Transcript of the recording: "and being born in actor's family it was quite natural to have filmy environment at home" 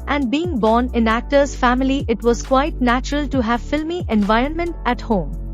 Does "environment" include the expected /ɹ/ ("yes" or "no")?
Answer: yes